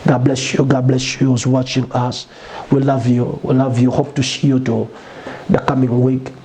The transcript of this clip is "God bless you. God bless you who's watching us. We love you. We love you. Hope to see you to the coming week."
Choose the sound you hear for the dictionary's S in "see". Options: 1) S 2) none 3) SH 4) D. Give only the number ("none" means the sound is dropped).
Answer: 3